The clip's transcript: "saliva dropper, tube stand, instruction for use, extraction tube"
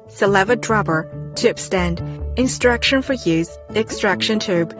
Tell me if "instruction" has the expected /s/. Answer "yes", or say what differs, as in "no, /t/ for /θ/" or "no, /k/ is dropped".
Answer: yes